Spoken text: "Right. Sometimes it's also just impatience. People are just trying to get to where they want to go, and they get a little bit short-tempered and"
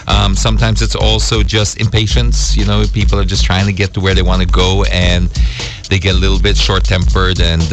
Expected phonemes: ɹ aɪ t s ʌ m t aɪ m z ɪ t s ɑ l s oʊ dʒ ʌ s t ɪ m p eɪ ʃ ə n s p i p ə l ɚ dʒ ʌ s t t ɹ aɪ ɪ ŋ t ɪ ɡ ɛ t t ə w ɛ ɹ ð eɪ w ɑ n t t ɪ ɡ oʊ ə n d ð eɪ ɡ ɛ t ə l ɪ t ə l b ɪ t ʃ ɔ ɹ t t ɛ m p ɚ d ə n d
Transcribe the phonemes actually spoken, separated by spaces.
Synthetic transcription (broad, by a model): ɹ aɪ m s ʌ m t aɪ m z ɪ t s ɑ l s oʊ dʒ ʌ s t ɪ m p eɪ ʃ ə n s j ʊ p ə l ɚ dʒ ʌ s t t ɹ aɪ ɪ ŋ t ɪ ɡ ɛ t t ə w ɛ ɹ ð eɪ w ɑ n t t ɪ ɡ oʊ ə n ð eɪ ɡ ɛ t ə l ɪ t l b ɪ t ʃ ɔ ɹ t t ɛ m p ɚ d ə n